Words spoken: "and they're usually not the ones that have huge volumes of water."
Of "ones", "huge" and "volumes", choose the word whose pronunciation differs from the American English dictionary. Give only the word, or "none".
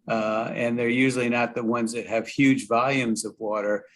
none